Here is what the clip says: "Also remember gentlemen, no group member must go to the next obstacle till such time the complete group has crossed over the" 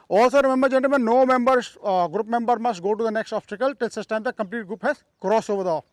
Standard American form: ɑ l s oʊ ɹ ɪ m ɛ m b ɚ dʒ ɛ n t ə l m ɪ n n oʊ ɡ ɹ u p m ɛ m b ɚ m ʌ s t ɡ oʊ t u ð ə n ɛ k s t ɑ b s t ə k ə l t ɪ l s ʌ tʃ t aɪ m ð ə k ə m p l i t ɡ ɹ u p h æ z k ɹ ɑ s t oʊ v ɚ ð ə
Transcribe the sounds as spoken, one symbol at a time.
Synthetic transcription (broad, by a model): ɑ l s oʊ ɹ ɪ m ɛ m b ɚ dʒ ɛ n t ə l m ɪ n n oʊ ɡ ɹ u p m ɛ m b ɚ m ʌ s t ɡ oʊ t u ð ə n ɛ k s t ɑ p s t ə k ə l t ɪ l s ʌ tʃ t aɪ m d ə k ə m p l i t ɡ ɹ u p h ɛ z k ɹ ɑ s oʊ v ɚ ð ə